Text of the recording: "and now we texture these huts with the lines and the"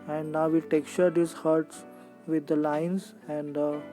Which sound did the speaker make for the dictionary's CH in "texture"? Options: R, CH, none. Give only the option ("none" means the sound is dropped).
CH